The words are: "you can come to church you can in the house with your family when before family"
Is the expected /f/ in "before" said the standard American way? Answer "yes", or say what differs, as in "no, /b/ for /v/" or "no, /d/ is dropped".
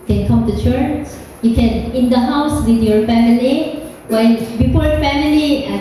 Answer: no, /p/ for /f/